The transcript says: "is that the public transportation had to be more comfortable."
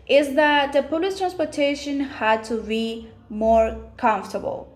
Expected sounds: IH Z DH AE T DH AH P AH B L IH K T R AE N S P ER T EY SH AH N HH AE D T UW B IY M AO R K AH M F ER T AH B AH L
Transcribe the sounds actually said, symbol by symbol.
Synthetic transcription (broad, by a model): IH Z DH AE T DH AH P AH L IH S T R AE N S P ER T EY SH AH N HH AE D T UW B IY M AO R K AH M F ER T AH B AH L